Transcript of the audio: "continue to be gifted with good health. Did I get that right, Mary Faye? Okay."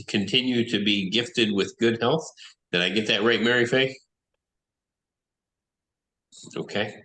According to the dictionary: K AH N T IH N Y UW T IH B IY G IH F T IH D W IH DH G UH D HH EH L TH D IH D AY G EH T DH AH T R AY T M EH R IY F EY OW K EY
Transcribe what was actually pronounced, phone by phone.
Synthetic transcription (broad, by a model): K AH N T IH N Y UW T IH B IY G IH F T IH D W IH DH G UH D HH EH L TH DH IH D AY G EH T DH AH T R AY T M EH R IY F EY OW K EY